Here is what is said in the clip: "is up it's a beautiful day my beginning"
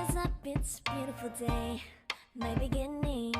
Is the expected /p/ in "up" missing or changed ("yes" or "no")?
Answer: yes